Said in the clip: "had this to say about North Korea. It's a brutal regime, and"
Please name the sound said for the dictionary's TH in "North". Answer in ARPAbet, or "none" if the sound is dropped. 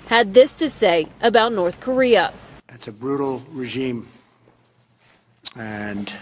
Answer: TH